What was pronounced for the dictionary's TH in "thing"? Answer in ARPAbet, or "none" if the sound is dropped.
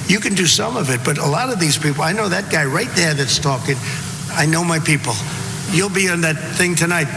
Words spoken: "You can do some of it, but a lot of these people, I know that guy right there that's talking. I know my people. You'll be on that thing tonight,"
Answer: TH